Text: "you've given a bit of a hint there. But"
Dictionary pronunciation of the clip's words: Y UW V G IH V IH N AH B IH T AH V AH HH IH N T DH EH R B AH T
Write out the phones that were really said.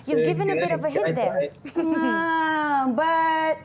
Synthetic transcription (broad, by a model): Y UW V G IH V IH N AH B IH T AH V AH HH IH T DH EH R B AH T